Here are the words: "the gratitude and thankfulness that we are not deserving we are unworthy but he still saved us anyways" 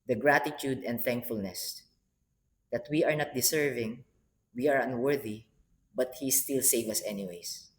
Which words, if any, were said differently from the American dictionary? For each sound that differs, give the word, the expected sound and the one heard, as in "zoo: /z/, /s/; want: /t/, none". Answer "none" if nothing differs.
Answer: deserving: /z/, /s/; saved: /d/, none